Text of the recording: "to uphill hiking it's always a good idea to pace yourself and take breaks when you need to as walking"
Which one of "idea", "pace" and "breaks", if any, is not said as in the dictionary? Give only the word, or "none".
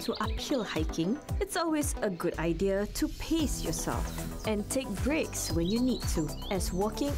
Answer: none